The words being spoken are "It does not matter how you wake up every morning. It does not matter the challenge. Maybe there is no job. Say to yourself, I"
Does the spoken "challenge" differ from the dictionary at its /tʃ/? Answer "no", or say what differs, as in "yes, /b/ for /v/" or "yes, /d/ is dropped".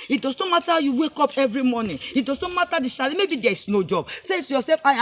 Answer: yes, /ʃ/ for /tʃ/